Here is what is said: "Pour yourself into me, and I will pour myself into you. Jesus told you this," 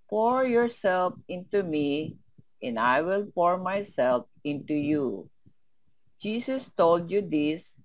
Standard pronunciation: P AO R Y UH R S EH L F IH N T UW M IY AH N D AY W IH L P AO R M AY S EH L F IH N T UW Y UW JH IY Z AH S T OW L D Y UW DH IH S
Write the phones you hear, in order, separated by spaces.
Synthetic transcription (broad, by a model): P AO R Y UH R S EH L F IH N T UW M IY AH N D AY W IH L P AO R M AY S EH L F IH N T UW Y UW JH IY S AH S T OW L D Y UW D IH S